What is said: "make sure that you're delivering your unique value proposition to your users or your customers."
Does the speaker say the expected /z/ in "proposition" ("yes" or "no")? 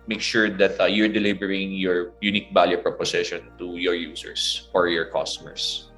no